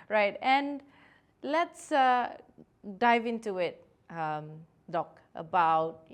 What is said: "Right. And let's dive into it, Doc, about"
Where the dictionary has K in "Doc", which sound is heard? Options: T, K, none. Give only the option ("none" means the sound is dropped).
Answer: K